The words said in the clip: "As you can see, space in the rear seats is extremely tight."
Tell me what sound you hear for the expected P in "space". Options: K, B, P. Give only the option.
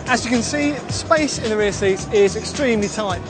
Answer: P